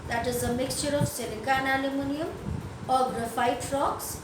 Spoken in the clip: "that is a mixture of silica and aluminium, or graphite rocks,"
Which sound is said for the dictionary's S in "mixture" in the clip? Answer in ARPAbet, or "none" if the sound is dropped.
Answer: S